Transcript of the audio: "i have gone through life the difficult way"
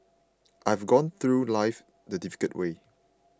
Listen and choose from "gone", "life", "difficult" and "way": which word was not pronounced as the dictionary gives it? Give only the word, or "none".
difficult